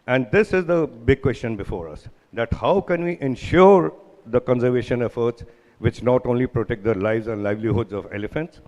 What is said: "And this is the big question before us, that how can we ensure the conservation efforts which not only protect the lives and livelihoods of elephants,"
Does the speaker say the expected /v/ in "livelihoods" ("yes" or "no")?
yes